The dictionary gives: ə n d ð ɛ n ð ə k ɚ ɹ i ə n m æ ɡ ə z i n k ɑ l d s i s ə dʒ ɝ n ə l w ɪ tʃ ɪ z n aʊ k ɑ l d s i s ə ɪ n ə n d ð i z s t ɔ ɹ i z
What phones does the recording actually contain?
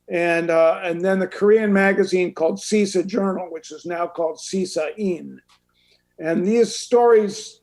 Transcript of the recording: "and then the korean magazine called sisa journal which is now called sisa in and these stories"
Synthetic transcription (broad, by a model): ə n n ð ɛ n ð ə k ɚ ɹ i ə n m æ ɡ ə z i n k ɑ l d s i s ə dʒ ɝ n l w ɪ tʃ ɪ z n aʊ k ɑ l d s i s ə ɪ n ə n ð i z s t ɔ ɹ i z